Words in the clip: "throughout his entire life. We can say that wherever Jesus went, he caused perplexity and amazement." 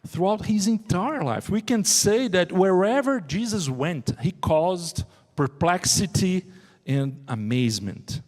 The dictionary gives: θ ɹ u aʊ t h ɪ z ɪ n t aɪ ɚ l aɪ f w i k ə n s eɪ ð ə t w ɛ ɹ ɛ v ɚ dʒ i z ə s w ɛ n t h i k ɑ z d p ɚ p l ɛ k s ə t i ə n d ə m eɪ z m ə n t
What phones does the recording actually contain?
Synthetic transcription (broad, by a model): θ ɹ u aʊ t h ɪ z ɪ n t aɪ ɚ l aɪ f w i k ə n s eɪ ð ə t w ɛ ɹ ɛ v ɚ dʒ i z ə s w ɛ n t h i k ɑ z d p ɚ p l ɛ k s ə t i ə n d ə m eɪ z m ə n t